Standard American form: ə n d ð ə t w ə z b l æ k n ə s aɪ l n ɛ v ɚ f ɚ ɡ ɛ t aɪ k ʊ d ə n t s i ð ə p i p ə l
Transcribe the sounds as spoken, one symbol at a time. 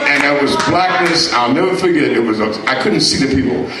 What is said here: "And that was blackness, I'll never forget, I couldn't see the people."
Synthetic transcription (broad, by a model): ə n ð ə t w ə z b l æ k n ə s aɪ l n ɛ v ɚ f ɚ ɡ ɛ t aɪ k ʊ d n t s i ð ə p i p l